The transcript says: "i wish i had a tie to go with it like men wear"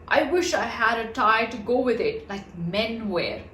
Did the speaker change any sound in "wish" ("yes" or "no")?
no